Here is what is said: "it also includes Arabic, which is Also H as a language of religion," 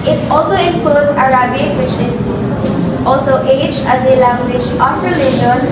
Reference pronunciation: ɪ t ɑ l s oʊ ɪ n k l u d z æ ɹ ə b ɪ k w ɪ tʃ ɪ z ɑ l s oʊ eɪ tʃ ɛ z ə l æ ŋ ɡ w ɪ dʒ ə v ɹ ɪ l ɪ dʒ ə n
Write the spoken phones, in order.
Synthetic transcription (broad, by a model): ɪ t ɑ l s oʊ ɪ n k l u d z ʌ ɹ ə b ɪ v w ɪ tʃ ɪ z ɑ l s oʊ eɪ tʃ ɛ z ə l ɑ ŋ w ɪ tʃ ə p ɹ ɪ l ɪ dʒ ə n